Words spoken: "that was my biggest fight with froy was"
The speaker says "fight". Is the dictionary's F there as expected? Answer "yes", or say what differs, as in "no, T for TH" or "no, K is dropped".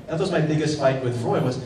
no, P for F